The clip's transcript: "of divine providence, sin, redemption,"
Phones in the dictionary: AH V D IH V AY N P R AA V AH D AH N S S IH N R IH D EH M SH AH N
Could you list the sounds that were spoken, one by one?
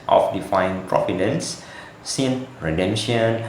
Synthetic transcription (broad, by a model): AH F D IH F AY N P R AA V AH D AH N S S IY N R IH D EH M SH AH N